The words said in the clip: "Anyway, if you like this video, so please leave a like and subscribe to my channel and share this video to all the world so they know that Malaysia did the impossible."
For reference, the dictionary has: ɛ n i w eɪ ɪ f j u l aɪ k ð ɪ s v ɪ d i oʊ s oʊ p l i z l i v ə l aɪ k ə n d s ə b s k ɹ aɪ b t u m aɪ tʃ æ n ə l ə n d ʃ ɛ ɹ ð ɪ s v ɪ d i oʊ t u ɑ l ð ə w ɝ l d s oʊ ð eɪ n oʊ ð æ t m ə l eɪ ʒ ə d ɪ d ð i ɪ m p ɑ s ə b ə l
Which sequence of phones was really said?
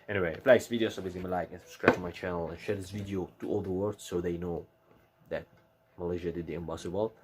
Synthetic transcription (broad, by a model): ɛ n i w eɪ ɪ f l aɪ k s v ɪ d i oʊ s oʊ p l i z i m ə l aɪ k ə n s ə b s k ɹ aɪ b t u m aɪ tʃ æ n ə l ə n ʃ ɛ ɹ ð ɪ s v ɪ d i oʊ t u ɑ l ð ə w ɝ d s oʊ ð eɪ n oʊ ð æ t m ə l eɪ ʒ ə d ɪ d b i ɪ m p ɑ s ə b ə l